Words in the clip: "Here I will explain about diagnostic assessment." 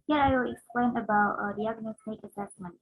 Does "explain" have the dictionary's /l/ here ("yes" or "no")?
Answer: yes